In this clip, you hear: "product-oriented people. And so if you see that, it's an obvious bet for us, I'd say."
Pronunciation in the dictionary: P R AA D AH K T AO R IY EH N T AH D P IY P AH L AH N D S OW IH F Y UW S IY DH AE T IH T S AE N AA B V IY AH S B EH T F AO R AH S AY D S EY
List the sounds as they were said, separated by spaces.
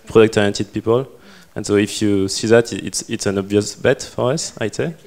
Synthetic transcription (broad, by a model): P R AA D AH K T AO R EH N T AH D P IY P AH L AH N S OW IH F Y UW S IY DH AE T IH T S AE N AA B V IY AH S B EH T F AO R AH S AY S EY